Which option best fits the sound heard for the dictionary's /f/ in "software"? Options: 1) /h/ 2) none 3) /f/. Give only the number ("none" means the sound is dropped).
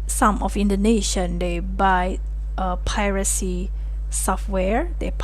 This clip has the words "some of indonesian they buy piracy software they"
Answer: 3